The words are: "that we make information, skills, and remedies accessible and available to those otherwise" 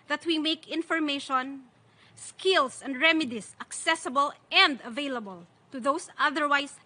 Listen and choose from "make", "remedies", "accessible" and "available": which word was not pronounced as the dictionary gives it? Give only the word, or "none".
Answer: remedies